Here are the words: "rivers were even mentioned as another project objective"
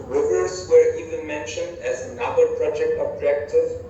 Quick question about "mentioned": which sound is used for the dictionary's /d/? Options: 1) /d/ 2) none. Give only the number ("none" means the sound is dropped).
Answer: 1